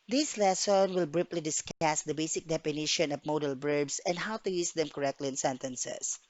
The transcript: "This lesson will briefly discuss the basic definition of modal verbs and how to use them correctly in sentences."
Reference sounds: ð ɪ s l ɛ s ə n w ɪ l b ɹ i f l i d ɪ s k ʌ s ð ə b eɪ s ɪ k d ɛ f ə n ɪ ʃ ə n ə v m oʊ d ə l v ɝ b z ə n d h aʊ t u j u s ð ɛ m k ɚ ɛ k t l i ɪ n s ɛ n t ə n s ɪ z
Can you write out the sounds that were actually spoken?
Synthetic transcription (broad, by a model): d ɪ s l ɛ s ə n w ɪ l b ɹ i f l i d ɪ s k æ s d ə b eɪ s ɪ k d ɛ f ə n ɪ ʃ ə n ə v m oʊ d ə l b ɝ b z ə n d h aʊ t u j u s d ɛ m k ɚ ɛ k t l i ɪ n s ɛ n t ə n s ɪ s